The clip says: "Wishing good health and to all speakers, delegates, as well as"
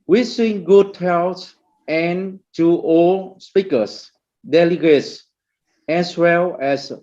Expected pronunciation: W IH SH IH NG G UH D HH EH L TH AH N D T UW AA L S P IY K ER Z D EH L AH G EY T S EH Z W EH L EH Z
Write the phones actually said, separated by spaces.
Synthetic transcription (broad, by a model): W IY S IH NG G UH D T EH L S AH N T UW AA L S P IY K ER S D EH L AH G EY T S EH S W EH L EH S